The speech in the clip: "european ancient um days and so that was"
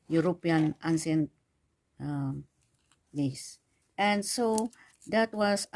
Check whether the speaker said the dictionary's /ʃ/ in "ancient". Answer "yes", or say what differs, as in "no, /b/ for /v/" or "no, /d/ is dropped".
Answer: no, /s/ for /ʃ/